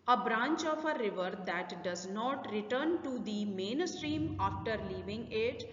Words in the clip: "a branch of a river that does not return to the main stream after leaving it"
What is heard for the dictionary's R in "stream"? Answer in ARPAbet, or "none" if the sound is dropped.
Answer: R